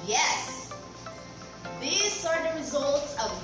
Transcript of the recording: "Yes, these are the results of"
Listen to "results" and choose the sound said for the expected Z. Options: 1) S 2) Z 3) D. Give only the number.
2